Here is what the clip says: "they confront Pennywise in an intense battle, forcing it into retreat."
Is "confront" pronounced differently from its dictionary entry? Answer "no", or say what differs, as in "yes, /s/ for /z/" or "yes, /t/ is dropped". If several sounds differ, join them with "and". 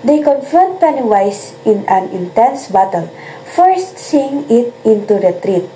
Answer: yes, /ɹ/ is dropped